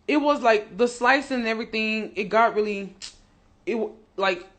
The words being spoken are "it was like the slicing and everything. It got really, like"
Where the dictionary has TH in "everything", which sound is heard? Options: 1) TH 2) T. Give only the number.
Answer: 1